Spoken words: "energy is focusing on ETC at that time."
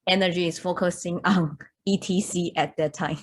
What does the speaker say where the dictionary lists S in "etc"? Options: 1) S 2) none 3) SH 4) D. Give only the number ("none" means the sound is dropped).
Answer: 2